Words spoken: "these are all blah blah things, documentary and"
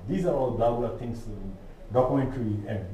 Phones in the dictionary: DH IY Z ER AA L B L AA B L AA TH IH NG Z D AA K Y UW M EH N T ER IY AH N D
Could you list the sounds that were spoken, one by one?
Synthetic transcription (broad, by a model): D IY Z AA AA L B L AA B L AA T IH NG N D AA K Y UW M EH N T ER IY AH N